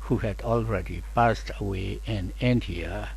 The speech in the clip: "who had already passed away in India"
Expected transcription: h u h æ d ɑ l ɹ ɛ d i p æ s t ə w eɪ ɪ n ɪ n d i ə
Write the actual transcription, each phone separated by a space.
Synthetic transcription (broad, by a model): h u h æ d ɑ l ɹ ɛ d i p æ s t ə w eɪ ɪ n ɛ n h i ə